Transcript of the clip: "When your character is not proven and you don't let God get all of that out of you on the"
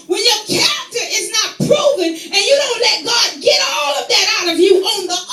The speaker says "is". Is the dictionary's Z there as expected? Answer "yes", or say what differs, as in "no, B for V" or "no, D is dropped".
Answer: yes